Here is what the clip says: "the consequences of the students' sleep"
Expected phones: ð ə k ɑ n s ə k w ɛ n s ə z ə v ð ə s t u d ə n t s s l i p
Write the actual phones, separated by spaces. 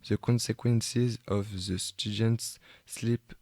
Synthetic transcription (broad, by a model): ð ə k ɑ n s ə k w ɛ n s ə z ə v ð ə s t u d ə n t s s l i p